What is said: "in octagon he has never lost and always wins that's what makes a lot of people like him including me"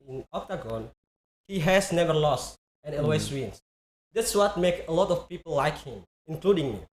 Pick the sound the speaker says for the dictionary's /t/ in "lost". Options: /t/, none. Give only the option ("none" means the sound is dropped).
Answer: /t/